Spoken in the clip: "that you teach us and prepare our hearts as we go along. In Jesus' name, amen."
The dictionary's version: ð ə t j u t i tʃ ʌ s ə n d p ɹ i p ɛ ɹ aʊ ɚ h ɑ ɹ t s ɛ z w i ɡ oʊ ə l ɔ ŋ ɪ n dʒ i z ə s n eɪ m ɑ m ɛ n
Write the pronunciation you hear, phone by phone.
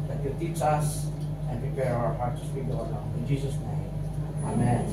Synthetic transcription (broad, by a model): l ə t j u t i tʃ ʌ s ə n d p ɹ i p ɛ ɹ aʊ ɚ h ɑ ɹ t s w i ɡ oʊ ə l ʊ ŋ ɪ n dʒ i s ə s n eɪ m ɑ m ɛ n